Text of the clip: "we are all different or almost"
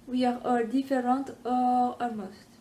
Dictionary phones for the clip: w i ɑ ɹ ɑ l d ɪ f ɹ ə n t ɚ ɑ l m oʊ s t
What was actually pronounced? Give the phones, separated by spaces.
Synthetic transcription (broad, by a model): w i ɑ ɹ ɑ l d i f ɹ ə t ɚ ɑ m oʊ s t